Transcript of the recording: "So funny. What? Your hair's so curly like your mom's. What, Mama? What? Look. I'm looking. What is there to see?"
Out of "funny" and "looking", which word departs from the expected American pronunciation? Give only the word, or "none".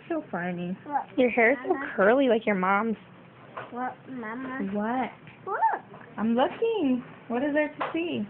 funny